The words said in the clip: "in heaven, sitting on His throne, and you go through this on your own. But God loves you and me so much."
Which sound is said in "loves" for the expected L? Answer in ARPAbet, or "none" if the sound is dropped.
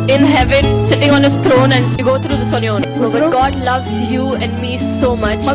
L